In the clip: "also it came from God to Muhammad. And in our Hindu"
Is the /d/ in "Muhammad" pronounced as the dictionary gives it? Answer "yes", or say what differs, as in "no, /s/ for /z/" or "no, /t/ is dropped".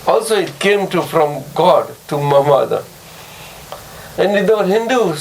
no, /d/ is dropped